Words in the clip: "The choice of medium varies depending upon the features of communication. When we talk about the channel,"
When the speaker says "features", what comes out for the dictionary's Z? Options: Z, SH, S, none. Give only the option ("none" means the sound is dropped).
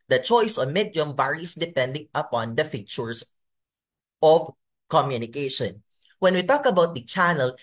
S